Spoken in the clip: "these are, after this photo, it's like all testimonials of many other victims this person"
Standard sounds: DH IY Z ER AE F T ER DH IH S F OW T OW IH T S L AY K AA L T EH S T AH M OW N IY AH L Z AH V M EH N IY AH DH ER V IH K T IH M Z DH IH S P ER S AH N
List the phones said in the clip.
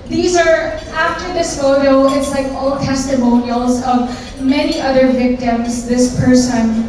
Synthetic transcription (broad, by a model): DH IY Z ER AE F T ER DH IH S F OW T OW IH T S L AY K AA L T EH S T AH M OW N IY AH L Z AH V M EH N IY AH DH ER V IH K T IH M Z DH IH S P ER S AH N